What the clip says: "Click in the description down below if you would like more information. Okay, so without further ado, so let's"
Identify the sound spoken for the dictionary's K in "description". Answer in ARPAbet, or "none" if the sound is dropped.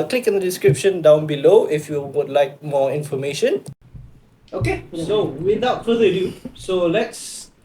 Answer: K